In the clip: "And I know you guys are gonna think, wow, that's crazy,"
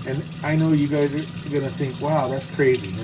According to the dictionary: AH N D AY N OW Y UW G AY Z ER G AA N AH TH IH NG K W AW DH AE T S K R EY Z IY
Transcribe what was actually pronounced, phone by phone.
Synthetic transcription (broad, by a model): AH N AY N OW Y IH G AY Z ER G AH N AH TH IH NG K W AW DH AE T S K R EY Z IY